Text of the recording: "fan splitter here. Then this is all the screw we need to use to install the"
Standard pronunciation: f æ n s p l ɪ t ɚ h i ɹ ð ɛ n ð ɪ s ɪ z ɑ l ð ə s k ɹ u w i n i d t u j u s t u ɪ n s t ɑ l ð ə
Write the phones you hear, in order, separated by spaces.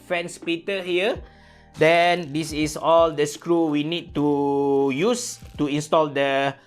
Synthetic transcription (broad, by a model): f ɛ n s p i t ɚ h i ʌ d ɛ n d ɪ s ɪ s ɑ l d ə s k ɹ u w i n i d t u j u s t u ɪ n s t ɑ l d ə